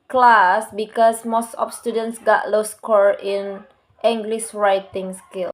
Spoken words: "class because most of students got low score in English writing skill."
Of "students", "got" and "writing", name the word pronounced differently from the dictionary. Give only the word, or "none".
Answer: none